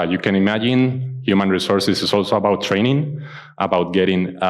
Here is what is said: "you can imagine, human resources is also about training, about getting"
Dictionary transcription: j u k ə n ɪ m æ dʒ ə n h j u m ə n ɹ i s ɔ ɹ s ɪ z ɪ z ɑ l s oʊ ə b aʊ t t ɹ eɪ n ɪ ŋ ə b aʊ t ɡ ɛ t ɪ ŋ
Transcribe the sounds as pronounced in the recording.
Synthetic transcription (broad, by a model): j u k ə n ɪ m æ dʒ ə n h j u m ə n ɹ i s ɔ ɹ s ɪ s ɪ s ɑ l s oʊ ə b aʊ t t ɹ eɪ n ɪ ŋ ə b aʊ t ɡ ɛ t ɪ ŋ